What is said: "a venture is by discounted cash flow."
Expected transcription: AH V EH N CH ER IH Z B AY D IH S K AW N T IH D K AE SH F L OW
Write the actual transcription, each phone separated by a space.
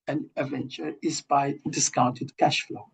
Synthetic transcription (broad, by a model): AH V EH N CH ER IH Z B AY D IH S K AW N T IH D K AE SH F L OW